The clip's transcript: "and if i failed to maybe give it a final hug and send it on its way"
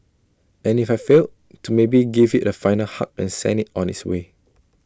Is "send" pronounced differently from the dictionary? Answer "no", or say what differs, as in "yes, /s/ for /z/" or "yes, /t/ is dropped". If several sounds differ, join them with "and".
yes, /d/ is dropped